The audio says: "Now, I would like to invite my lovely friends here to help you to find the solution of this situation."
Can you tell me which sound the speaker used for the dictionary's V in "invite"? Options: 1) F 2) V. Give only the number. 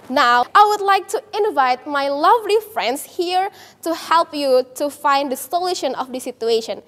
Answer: 2